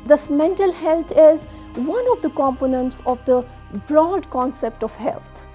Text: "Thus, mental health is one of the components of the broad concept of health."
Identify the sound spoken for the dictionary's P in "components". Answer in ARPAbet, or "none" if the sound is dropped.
P